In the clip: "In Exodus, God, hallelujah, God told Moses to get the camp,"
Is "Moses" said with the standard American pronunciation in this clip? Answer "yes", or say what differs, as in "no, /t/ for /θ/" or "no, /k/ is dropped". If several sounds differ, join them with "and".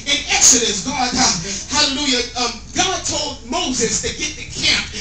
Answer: yes